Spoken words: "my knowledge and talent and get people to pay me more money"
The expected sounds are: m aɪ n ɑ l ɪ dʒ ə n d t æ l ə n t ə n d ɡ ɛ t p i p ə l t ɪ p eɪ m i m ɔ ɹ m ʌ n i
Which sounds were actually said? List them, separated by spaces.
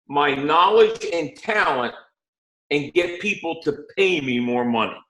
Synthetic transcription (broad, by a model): m aɪ n ɑ l ɪ dʒ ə n t æ l ə n t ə n ɡ ɛ t p i p l t ɪ p eɪ m i m ɔ ɹ m ʌ n i